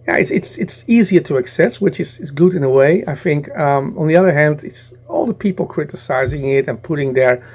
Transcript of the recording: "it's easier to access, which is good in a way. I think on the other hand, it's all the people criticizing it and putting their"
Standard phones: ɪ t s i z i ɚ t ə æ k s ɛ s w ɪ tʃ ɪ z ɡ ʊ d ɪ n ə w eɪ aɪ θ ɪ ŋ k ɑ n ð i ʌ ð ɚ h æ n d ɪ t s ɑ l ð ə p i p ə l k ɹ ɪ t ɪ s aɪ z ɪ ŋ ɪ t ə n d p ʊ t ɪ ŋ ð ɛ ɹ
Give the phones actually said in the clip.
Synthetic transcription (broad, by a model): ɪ t s i z i ɚ t ə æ k s ɛ s w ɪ tʃ ɪ z ɡ ʊ d ɪ n ə w eɪ aɪ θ ɪ ŋ k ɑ n ð i ʌ ð ɚ h æ n d ɪ t s ɑ l ð ə p i p l k ɹ ɪ t ɪ s aɪ z ɪ ŋ ɪ t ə n p ʊ t ɪ ŋ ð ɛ ɹ